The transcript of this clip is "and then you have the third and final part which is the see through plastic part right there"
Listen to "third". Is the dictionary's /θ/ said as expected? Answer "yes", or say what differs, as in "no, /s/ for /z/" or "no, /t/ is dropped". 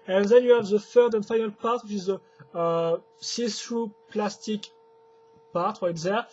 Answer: no, /f/ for /θ/